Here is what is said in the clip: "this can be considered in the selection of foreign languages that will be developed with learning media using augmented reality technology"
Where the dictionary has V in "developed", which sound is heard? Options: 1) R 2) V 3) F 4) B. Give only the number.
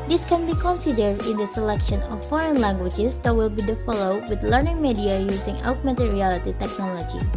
3